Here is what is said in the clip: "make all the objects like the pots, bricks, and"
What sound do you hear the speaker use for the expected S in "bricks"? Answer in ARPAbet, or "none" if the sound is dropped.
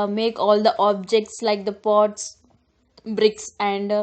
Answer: S